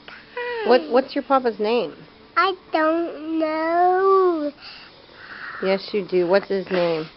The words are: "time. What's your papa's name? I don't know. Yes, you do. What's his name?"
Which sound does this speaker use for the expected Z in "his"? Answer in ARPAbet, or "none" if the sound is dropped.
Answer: Z